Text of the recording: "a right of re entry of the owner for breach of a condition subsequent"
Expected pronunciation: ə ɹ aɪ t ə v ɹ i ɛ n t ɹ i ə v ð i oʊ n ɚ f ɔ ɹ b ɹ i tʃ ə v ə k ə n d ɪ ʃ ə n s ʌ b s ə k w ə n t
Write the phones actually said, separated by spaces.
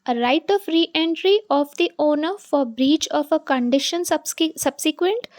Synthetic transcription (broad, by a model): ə ɹ aɪ t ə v ɹ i ɛ n t ɹ i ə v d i oʊ n ɚ f ɔ ɹ b ɹ i tʃ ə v ə k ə n d ɪ ʃ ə n s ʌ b s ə k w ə n t